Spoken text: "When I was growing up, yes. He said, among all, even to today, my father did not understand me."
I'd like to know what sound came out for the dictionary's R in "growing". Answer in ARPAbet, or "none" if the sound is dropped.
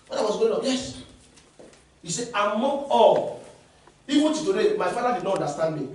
none